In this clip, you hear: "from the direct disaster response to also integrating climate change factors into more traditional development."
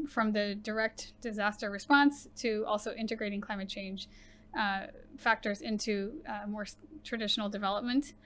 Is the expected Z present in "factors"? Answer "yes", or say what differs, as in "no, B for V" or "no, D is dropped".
yes